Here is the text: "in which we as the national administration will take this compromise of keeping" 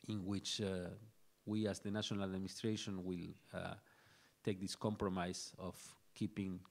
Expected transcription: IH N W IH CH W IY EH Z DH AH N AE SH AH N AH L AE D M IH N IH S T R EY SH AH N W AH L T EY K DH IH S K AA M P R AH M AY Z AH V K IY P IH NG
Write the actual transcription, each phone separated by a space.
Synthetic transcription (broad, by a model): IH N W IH CH W IY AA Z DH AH N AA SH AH N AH L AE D M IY N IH S T R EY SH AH N W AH L T EY K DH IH S K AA M P R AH M AY S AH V K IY P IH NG